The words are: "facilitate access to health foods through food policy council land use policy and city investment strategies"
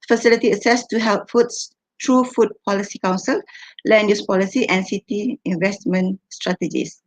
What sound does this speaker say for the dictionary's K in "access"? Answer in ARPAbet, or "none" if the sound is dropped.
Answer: none